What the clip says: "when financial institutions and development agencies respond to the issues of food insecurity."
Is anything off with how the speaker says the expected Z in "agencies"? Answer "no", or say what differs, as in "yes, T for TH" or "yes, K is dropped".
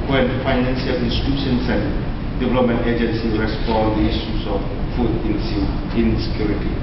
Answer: yes, Z is dropped